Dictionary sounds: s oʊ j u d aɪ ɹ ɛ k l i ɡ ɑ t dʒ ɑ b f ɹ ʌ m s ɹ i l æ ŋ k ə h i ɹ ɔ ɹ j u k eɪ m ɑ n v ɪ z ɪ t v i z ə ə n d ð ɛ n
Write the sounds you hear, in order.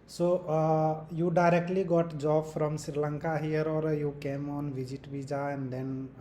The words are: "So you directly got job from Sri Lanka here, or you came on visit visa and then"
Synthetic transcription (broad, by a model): s oʊ j u d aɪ ɹ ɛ k l i ɡ ɑ t dʒ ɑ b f ɹ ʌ m s ɹ i l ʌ ŋ k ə h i ɹ ɔ ɹ j u k eɪ m ɑ n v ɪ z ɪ t b i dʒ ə ə n d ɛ n